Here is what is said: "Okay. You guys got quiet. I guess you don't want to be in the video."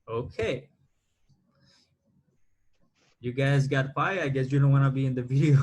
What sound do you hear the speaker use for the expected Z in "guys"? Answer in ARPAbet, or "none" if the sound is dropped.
Z